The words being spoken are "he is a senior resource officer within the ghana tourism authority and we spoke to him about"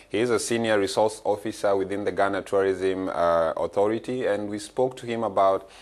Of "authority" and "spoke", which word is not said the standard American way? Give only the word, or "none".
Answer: none